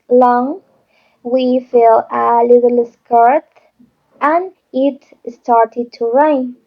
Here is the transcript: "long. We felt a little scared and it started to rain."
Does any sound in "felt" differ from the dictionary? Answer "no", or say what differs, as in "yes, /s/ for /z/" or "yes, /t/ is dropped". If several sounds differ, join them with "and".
yes, /t/ is dropped